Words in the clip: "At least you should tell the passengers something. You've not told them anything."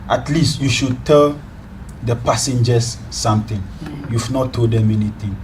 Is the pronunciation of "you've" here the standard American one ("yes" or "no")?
no